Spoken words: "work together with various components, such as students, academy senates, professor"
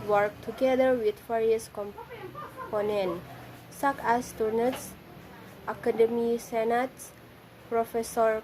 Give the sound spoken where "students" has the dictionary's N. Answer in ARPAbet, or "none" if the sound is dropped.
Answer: none